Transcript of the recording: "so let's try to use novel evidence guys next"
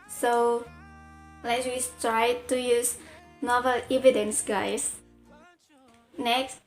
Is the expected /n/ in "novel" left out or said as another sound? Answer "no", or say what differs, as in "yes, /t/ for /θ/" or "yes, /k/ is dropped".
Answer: no